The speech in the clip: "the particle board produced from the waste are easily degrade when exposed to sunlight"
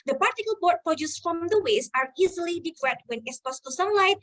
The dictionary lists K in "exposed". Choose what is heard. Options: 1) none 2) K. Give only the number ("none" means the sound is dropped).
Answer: 1